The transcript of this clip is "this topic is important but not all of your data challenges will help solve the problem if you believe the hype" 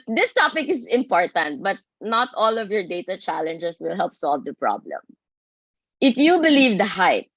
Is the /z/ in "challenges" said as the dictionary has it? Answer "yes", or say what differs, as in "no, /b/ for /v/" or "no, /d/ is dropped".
no, /s/ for /z/